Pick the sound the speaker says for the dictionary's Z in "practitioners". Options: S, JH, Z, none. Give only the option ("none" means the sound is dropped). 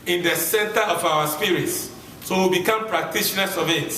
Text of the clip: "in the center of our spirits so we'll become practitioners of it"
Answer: S